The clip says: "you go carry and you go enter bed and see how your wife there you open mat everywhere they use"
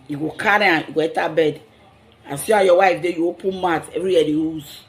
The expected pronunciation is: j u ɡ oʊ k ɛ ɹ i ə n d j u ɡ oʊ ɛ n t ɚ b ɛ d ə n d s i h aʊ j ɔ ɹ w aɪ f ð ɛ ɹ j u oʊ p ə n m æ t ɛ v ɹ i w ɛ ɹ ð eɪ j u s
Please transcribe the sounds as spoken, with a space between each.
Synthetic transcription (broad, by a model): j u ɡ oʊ k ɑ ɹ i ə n j u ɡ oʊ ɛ t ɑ b ɛ d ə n s i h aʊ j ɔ w aɪ f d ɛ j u oʊ p ə n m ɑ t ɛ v ɹ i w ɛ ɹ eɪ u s